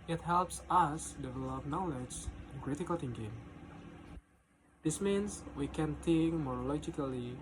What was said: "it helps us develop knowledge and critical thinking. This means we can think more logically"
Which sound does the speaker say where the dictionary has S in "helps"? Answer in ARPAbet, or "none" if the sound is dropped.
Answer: S